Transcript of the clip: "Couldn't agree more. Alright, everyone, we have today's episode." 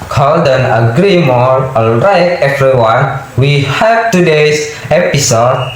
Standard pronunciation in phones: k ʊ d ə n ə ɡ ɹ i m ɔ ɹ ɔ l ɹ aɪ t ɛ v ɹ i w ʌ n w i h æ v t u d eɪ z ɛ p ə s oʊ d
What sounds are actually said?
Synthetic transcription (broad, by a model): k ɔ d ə n ə ɡ ɹ i m ɔ ɹ ɔ l ɹ aɪ t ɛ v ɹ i w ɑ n w i h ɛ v t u d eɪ s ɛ p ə s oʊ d